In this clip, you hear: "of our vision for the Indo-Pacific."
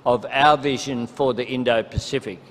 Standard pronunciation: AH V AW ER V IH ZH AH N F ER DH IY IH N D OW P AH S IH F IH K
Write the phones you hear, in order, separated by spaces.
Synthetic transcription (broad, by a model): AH V AW ER V IH ZH AH N F ER DH IY IH N D OW P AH S IH F IH K